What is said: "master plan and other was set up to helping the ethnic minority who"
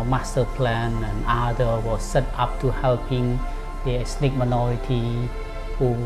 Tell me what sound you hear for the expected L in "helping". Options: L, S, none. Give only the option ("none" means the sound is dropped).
L